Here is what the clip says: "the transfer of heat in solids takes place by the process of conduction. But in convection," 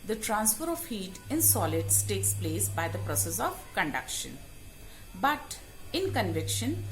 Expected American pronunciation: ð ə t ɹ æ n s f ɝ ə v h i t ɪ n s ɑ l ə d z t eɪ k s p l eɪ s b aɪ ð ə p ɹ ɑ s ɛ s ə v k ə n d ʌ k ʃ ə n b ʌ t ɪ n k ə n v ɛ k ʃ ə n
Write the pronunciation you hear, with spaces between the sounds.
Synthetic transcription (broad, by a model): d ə t ɹ æ n s f ɝ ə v h i t ɪ n s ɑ l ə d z t eɪ k s p l eɪ s b aɪ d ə p ɹ ɑ s ɛ s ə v k ə n d ʌ k ʃ ə n b ʌ t ɪ n k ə n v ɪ k ʃ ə n